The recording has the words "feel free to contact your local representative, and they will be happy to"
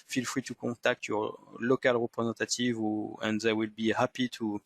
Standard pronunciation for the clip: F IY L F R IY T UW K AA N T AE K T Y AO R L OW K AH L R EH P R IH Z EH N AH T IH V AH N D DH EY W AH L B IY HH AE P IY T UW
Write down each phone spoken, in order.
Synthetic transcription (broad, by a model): F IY L F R IY T UW K AA T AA K T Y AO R L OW K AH L R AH P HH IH Z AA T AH T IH V AH N D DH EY W AH L B IY HH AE P IY T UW